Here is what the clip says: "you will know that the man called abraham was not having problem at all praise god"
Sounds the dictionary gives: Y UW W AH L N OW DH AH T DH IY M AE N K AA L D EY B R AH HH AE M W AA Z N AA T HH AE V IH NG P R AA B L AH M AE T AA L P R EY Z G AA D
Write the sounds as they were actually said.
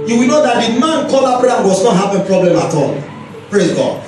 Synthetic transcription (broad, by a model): Y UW W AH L N OW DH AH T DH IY M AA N K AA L AA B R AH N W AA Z N AA T HH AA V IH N P R AA B L AH M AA T AA L P R EY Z G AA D